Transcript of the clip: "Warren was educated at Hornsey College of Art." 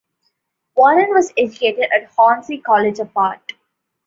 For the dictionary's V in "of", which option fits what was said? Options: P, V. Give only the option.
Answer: P